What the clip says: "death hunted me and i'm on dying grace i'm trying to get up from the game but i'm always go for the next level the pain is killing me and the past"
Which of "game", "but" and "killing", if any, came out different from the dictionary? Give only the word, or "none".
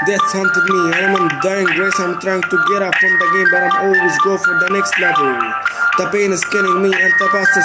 killing